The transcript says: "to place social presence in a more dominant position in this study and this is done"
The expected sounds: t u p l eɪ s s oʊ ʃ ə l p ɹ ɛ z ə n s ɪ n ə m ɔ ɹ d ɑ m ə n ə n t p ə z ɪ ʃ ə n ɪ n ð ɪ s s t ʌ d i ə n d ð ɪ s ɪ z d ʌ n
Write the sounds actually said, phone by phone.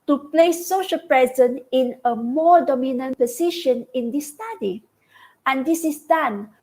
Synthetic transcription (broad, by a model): t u p l eɪ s s oʊ ʃ ə l p ɹ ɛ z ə n ɪ n ə m ɔ ɹ d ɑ m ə n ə n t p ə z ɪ ʃ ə n ɪ n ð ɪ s s t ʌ d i ə n d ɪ s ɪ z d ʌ n